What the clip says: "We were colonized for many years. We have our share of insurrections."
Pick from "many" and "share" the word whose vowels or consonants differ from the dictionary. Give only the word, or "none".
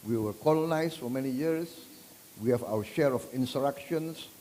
none